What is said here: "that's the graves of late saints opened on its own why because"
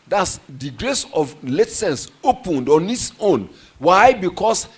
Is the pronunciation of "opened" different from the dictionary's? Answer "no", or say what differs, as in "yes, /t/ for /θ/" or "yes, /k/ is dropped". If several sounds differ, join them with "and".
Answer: no